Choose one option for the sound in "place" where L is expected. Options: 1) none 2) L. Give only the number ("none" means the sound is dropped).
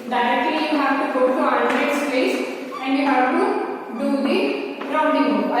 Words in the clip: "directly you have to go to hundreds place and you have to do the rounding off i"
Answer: 1